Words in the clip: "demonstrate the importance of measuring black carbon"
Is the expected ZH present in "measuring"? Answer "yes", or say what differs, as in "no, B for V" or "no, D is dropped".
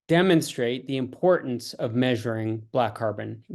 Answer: yes